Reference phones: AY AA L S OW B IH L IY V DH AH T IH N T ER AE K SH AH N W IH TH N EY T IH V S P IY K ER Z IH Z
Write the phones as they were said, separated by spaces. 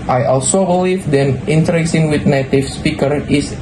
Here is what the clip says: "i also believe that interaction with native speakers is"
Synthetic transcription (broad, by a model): AY AA L S OW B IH L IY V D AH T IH N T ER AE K S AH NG W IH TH N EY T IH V S P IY K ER IH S